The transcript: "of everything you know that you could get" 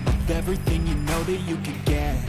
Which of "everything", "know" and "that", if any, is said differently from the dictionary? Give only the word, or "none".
none